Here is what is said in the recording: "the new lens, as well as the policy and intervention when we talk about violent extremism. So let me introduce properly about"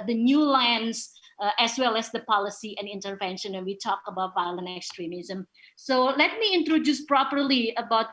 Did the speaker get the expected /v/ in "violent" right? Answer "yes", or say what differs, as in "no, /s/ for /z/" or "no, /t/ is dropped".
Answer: yes